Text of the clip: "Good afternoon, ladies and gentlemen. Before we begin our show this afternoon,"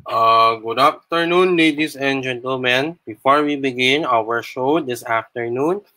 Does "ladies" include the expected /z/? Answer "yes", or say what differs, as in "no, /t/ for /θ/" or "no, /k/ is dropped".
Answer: no, /s/ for /z/